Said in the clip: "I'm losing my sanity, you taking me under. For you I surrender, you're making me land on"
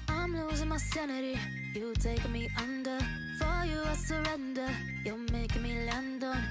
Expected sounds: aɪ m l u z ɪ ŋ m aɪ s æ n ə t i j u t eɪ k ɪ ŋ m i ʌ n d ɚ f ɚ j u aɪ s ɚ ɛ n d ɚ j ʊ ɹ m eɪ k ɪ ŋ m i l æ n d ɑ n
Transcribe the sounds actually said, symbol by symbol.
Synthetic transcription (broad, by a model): aɪ m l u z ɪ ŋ m aɪ s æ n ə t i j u t eɪ ɪ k m i ʌ n d ɚ f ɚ j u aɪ s ɚ ɛ n d ɚ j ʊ l m eɪ k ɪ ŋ m i l æ n d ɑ